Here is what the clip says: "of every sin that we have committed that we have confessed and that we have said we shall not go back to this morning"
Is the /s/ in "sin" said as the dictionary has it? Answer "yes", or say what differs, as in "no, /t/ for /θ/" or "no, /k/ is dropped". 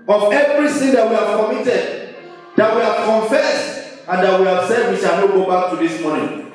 no, /θ/ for /s/